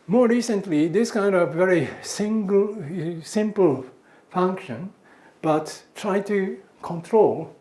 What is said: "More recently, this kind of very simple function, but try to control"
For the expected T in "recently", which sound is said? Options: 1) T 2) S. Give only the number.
1